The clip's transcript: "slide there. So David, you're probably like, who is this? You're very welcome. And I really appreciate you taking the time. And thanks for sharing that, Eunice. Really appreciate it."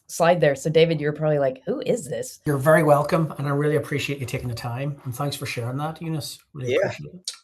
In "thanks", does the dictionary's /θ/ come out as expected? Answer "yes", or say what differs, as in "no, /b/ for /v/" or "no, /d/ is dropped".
yes